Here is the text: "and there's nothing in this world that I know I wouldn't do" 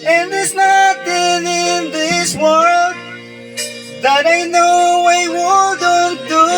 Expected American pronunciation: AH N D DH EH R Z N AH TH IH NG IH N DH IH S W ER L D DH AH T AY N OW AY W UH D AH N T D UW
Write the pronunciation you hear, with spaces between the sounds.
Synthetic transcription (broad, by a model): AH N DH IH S N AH T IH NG IH N DH IH S W ER L D DH AH T AY N OW AY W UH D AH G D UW